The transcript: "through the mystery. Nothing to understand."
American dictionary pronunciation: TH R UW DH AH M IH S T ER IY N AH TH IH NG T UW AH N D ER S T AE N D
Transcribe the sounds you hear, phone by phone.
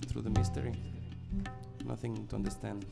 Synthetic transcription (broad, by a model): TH R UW DH AH M IH S T ER IY N AH TH IH NG T UW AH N D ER S T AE N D